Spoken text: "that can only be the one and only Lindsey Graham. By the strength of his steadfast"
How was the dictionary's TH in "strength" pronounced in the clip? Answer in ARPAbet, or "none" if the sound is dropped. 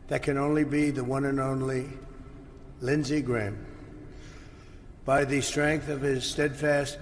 TH